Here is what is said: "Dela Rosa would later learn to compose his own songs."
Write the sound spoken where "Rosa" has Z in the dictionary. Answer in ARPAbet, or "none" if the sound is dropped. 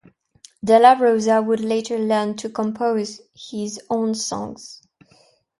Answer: Z